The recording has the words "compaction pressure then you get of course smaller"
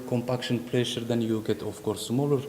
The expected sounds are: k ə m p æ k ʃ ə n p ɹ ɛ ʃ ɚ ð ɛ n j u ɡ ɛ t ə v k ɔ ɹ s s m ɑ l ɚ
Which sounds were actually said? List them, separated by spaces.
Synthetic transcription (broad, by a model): k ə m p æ k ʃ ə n p l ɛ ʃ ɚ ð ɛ n j u ɡ ɛ t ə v k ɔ ɹ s s m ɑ l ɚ